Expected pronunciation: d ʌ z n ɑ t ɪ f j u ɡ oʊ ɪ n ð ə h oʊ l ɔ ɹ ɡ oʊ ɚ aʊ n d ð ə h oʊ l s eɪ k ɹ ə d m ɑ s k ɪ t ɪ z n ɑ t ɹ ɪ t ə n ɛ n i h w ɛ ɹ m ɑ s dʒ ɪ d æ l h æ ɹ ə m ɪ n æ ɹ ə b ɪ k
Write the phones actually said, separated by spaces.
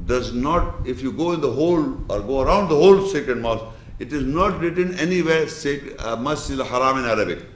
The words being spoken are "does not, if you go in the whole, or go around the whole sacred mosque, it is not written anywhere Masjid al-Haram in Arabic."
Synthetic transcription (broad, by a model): d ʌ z n ɑ t ɪ f j u ɡ oʊ ɪ n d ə h oʊ l ɔ ɹ ɡ oʊ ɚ aʊ n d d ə h oʊ l s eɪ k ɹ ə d m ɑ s ɪ t ɪ z n ɑ t ɹ ɪ t ə n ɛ n i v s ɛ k m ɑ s ɪ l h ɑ ɹ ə m ɪ n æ ɹ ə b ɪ k